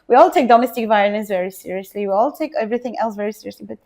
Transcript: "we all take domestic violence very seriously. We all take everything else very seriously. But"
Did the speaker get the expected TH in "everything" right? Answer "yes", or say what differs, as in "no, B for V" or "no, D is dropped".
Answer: yes